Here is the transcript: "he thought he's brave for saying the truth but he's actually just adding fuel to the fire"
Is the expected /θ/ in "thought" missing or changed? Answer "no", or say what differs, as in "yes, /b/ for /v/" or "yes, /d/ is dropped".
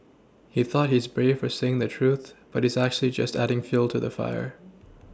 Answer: no